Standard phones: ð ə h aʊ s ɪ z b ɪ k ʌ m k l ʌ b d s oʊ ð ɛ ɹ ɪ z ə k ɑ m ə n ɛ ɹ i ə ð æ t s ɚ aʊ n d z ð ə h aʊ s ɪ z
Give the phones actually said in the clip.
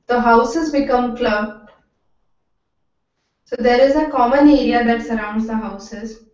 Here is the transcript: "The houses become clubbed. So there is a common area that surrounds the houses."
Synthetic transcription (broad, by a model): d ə h aʊ s ɪ z b ɪ k ʌ m k l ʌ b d s oʊ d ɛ ɹ ɪ z ə k ɑ m ə n ɛ ɹ i ə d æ t s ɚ aʊ n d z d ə h aʊ s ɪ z